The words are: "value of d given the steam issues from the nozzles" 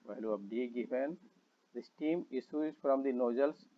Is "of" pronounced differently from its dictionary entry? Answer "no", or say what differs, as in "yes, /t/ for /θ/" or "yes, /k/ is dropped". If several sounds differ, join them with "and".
yes, /p/ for /v/